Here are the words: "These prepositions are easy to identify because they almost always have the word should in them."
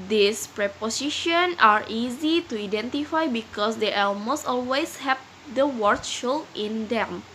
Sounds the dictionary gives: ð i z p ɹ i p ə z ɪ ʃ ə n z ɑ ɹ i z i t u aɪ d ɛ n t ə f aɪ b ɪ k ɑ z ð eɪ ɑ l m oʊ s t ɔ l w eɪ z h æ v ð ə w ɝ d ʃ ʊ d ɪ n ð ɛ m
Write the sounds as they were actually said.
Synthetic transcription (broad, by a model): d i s p ɹ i p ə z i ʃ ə n ɑ ɹ i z i t u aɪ d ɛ n t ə f aɪ b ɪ k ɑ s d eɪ ɑ l m oʊ s t ɔ l w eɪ s h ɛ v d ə w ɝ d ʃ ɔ ɪ n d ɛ m